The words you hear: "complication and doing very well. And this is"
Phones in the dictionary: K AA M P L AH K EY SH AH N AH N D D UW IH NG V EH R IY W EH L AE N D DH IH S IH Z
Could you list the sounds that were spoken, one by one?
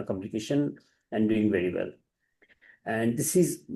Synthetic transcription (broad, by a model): K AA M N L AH K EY SH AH N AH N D D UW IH NG V EH R IY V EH L AE N D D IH S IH Z